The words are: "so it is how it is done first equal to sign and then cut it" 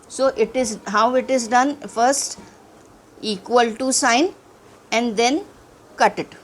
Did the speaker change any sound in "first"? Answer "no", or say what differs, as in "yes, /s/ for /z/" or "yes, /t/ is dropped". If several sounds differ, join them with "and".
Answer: no